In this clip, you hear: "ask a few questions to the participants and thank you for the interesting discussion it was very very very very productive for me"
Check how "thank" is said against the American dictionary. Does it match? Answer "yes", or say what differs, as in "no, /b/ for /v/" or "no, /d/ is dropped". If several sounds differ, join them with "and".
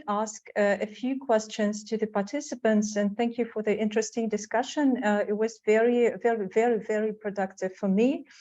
yes